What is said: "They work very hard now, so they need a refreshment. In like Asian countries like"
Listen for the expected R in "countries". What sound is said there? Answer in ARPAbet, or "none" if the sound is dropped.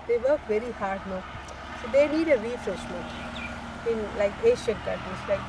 none